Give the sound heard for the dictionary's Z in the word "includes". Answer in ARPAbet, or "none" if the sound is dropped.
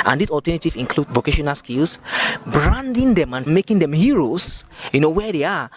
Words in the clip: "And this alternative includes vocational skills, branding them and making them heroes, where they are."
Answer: none